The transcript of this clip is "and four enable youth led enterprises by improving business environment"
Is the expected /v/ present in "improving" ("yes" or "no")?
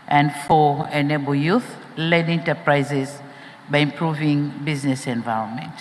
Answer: yes